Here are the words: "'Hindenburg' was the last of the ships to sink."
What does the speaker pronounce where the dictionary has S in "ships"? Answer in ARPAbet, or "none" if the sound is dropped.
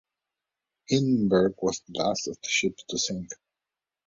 none